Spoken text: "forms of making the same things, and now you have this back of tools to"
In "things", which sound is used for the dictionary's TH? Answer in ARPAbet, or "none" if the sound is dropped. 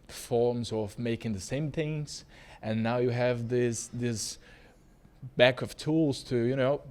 TH